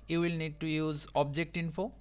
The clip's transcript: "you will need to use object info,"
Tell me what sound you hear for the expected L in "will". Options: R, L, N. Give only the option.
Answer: L